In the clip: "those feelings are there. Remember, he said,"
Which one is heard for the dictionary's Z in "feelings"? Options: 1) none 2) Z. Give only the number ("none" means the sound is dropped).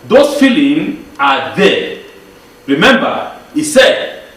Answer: 1